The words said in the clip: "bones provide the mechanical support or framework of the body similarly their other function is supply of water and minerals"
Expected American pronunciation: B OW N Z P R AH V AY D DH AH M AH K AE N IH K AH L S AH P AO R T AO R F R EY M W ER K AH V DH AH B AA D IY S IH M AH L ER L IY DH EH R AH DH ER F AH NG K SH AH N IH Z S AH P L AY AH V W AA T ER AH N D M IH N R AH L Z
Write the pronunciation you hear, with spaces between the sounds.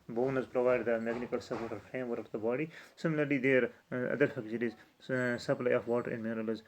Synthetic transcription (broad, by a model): B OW N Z P R AH V AY D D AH M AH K N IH K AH L S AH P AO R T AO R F R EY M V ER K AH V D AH B AA D IY S IH M AH L ER L IY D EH R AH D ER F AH K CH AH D IH Z S AH P L AY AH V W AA T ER AH N D M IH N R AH L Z